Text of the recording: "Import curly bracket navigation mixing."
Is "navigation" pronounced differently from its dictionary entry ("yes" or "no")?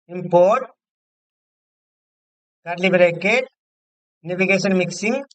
yes